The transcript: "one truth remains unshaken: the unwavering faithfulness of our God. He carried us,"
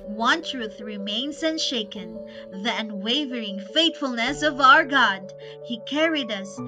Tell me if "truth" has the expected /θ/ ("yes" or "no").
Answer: yes